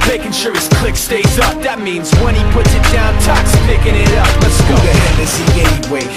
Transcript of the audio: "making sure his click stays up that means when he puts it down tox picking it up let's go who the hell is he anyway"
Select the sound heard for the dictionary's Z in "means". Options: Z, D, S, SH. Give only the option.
Z